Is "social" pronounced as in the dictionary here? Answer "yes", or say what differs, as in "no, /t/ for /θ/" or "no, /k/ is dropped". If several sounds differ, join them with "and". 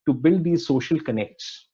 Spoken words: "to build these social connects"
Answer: yes